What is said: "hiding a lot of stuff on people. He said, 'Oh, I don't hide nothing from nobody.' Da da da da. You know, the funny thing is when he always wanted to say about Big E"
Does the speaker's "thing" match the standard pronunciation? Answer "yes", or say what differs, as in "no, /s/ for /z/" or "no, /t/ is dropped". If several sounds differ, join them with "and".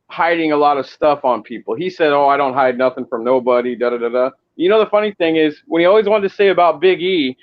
yes